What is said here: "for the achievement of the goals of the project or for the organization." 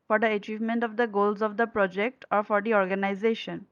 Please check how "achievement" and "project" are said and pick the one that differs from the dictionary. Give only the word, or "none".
none